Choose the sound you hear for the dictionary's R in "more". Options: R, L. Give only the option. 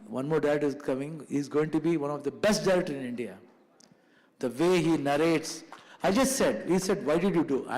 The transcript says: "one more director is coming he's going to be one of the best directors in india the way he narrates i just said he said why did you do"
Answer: R